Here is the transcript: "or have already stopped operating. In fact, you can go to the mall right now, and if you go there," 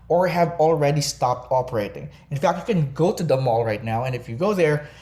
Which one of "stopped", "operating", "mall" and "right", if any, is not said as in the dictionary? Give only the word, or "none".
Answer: none